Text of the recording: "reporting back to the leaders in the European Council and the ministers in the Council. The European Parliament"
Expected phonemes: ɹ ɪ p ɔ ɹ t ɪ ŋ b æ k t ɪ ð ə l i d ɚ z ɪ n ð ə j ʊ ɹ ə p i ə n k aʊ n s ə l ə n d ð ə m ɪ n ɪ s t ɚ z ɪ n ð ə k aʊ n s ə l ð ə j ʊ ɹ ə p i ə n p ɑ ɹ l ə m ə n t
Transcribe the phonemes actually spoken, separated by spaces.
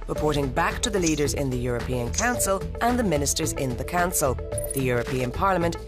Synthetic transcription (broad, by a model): ɹ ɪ p ɔ ɹ t ɪ ŋ b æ k t ɪ ð ə l i d ɚ z ɪ n ð ə j ʊ ɹ ə p i ə n k aʊ n s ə l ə n ð ə m ɪ n ɪ s t ɚ z ɪ n ð ə k aʊ n s ə l ð ə j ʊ ɹ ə p i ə n p ɑ ɹ l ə m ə n t